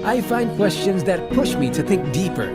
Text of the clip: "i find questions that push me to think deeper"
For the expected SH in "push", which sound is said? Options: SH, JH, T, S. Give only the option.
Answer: SH